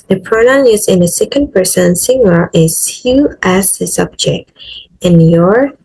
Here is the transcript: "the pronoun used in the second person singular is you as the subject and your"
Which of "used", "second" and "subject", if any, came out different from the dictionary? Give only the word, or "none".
used